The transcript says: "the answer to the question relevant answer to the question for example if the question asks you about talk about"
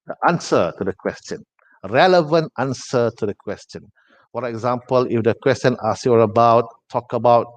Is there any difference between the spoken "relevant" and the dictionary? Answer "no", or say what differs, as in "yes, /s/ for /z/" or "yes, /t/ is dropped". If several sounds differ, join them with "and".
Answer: no